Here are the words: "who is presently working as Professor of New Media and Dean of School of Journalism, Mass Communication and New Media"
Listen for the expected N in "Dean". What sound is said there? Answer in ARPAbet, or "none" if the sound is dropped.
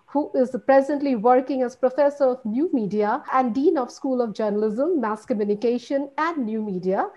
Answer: N